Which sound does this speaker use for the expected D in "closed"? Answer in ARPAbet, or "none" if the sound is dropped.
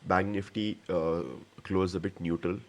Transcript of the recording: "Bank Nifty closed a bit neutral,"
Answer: none